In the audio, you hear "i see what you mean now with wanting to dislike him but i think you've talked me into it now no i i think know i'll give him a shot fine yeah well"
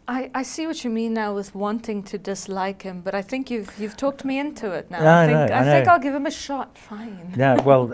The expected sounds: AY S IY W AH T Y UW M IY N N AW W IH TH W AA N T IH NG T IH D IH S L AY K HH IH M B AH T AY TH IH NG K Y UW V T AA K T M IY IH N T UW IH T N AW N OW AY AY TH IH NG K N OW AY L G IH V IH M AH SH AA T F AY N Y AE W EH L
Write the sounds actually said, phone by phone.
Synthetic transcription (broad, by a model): AY S IY W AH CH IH M IY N N AW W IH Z W AA N T IH NG T IH D IH S L AY K HH IH M B AH T AY TH IH NG K Y UW V T AA K T M IY IH N T UW IH T N AW N OW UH AY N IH K AY L G IH V IH M AH SH AA T F AY N Y AE W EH L